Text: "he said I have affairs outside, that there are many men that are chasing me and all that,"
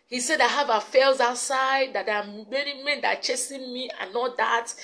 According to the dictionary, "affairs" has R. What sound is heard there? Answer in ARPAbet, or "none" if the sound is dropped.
L